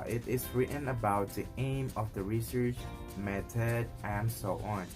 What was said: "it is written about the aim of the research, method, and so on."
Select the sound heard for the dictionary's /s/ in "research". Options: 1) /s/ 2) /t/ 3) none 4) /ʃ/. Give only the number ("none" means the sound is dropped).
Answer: 1